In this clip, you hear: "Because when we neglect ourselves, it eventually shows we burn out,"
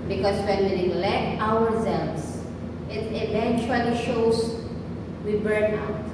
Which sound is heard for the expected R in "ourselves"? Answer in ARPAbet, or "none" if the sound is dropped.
W